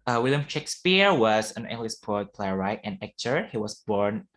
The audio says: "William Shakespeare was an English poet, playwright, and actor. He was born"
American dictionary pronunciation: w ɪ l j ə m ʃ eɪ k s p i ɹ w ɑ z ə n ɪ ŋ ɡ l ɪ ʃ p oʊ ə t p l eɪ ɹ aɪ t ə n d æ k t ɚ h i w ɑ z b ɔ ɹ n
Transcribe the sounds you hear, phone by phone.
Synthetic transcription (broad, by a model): w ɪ l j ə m ʃ eɪ k s p i ɹ w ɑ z ə n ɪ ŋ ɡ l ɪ s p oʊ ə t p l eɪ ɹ aɪ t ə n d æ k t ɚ h i w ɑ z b ɔ ɹ n